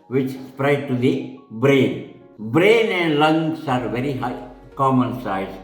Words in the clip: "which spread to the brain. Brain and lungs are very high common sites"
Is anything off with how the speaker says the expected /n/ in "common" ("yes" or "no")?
no